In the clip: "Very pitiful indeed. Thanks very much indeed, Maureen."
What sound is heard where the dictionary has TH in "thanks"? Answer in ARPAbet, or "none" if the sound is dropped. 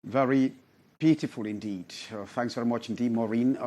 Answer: TH